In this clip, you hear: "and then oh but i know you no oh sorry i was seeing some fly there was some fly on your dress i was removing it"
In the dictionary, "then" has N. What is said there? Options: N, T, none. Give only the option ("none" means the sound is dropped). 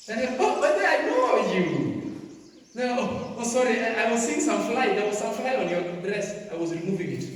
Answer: none